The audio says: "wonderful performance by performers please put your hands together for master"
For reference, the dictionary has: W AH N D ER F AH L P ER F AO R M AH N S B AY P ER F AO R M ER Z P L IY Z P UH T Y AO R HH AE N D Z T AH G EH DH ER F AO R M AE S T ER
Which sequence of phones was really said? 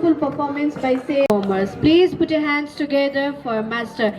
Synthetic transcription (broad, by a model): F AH L P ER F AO R M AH N S B AY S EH AO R M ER S P L IY Z P UH T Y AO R HH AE N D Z T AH G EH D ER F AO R M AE S T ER